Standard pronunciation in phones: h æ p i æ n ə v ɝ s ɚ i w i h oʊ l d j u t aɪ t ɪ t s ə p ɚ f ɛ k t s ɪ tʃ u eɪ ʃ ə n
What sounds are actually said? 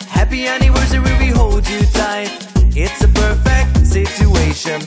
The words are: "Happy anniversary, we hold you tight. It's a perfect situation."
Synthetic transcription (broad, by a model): h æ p i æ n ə w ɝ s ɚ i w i h oʊ l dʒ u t aɪ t ɪ t s ə p ɚ f ɛ k t s ɪ tʃ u eɪ ʃ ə n